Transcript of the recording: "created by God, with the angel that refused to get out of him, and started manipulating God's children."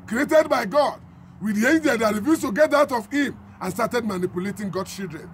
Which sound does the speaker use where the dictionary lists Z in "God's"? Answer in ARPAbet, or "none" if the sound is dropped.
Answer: none